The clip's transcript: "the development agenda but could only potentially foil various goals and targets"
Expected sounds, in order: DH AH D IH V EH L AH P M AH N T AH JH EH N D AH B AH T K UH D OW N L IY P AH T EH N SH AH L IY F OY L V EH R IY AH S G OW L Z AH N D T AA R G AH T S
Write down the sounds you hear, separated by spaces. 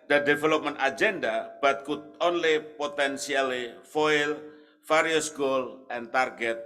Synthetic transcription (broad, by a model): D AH D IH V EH L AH P M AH N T AH JH EH N D AH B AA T K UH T OW N L IY P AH T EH N S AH L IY F OY L F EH R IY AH S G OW L AH N T AA R G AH T